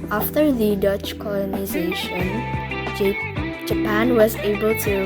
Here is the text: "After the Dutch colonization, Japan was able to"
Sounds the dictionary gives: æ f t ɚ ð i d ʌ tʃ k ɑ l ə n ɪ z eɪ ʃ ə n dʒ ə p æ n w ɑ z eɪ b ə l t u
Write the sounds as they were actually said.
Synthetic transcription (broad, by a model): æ f t ɚ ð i d ʌ tʃ k ɑ l ə n ɪ z eɪ ʃ ə n dʒ ə p æ n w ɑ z eɪ b ə l t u